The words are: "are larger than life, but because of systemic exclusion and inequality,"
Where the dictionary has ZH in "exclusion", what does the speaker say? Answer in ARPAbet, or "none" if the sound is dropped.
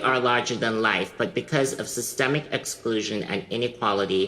ZH